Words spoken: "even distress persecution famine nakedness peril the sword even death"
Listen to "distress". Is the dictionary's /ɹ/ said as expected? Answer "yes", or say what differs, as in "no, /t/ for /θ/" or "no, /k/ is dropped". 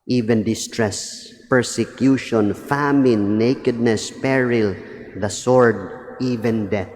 yes